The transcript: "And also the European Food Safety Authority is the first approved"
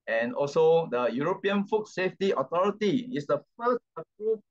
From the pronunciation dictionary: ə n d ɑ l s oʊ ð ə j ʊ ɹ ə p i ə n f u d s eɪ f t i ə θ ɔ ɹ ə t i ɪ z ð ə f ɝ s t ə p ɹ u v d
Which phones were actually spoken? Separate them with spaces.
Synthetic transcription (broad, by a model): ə n ɑ l s oʊ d ə j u ɹ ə p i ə n f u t s eɪ f t i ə t ɔ ɹ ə t i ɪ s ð ə f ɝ s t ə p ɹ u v